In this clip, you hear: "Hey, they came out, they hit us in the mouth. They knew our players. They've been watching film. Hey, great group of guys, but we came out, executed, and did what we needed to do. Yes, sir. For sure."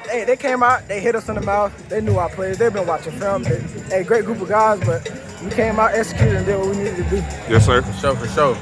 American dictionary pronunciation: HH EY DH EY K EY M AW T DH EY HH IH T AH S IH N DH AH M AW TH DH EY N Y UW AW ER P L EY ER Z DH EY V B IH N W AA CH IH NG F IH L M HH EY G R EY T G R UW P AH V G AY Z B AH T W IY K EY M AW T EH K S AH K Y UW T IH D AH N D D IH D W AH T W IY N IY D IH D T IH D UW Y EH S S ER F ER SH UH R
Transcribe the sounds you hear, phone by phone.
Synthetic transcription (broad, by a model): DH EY DH EY K EY M AW T DH EY HH IH T AH S IH N DH AH M AW TH DH EY N Y UW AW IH P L EY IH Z DH EY V B IH N W AA CH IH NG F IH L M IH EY G R EY T G R UW P AH V G AY Z B AH T W IY K EY M AW T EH K S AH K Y UW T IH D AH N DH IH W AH W IY N IY D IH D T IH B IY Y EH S SH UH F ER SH UH